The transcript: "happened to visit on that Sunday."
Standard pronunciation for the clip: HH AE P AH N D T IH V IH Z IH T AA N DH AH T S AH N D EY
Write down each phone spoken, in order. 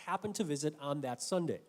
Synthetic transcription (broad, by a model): HH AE P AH N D T IH V IH Z IH T N DH AH T S AH N D EY